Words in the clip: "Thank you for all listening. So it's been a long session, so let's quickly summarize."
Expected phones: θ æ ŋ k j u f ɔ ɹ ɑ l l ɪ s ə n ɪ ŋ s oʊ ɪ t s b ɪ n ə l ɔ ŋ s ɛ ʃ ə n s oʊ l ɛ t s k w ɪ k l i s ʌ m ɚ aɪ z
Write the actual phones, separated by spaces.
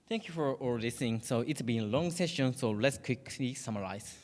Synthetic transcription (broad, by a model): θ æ ŋ k j u f ɔ ɹ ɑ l l ɪ s ə n ɪ ŋ s oʊ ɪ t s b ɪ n ə l ɔ ŋ s ɛ ʃ ə n s oʊ l ɛ t s k w ɪ k l i s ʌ m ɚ aɪ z